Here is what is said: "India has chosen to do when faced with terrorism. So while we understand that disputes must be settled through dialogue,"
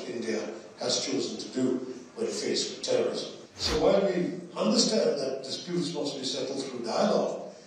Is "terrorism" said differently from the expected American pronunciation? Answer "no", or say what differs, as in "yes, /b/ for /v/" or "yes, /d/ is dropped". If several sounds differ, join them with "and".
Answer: no